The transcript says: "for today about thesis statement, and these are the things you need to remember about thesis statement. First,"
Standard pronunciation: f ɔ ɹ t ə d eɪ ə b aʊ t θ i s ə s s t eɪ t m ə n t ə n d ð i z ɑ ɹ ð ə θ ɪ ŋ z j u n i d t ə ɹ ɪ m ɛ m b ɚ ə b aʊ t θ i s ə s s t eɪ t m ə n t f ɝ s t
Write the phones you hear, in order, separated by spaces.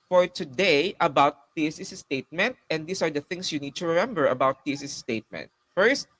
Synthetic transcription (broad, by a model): f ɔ ɹ t ə d eɪ ə b aʊ t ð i s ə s s t eɪ t m ə n t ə n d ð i s ɑ ɹ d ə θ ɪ ŋ s j u n i d t ə ɹ ɪ m ɛ m b ɚ ə b aʊ t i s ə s s t eɪ t m ə n t f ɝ s t